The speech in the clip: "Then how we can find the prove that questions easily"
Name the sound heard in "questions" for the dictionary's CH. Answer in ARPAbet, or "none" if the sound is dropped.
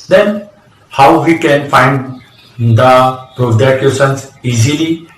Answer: none